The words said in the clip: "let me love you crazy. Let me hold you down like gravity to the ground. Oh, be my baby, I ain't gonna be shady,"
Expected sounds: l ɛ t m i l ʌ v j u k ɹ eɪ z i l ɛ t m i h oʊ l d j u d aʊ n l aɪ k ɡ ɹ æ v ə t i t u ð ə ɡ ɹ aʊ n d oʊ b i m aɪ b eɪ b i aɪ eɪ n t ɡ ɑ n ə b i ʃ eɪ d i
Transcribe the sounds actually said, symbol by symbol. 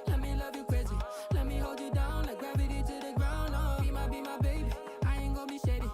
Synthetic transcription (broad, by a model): l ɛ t m i l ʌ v j u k w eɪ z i l ɛ t m i h oʊ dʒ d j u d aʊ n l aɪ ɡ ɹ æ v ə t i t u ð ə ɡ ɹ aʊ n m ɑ b i m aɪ b eɪ b i aɪ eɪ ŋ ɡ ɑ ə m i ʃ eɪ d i